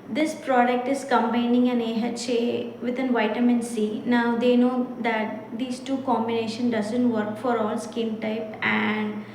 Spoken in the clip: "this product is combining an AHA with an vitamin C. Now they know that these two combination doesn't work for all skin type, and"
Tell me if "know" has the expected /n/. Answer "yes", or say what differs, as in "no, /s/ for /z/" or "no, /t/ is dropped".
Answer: yes